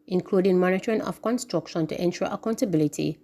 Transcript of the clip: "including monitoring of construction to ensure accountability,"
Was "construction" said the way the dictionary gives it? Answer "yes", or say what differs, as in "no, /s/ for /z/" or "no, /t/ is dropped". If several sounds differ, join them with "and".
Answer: yes